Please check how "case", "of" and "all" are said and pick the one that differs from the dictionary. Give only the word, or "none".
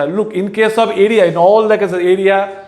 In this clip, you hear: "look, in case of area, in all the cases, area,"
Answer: of